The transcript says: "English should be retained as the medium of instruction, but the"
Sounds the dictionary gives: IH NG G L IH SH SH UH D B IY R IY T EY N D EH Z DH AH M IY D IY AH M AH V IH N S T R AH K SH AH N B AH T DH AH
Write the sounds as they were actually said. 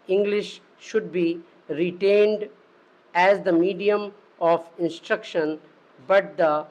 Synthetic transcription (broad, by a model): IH NG G L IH SH SH UH D B IY R IY T EY N D EH Z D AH M IY D IY AH M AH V IH N S T R AH K SH AH N B AH T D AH